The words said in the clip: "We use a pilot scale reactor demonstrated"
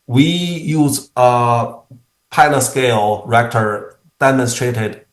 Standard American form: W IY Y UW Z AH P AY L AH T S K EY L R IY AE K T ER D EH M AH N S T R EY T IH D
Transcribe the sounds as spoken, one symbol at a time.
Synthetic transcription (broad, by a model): W IY Y UW Z AH P AY N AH S K EY L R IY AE K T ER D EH M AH N S T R EY T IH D